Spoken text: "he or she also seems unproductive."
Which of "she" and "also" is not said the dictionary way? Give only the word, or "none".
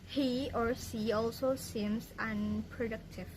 she